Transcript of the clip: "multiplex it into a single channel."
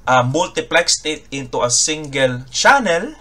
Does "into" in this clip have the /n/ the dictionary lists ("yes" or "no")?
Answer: yes